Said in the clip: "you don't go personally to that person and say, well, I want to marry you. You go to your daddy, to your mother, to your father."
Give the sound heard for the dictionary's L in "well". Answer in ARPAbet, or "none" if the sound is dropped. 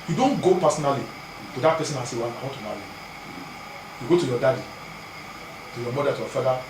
N